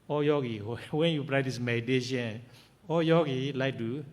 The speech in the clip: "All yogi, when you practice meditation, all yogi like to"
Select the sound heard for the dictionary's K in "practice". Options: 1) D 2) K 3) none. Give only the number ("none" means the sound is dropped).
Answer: 3